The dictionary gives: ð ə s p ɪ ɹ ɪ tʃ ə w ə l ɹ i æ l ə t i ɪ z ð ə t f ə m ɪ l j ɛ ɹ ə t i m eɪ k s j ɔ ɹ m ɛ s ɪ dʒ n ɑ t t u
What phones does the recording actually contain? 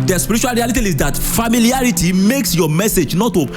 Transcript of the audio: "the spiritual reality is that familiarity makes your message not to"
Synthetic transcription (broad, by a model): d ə s p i ɹ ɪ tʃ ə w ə l ɹ i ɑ l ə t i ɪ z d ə t f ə m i l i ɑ ɹ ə t i m eɪ k s j ɔ m ɛ s ɪ dʒ n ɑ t t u